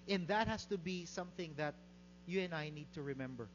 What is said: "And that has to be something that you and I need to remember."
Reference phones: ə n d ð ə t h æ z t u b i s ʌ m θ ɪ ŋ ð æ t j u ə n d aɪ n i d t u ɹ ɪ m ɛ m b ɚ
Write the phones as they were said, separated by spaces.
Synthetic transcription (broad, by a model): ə n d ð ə t h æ s t u b i s ʌ m θ ɪ ŋ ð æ t j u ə n aɪ n i d t u ɹ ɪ m ɛ m b ɚ